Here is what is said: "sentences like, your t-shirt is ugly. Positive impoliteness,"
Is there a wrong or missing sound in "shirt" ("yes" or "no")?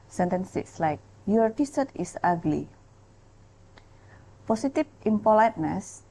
yes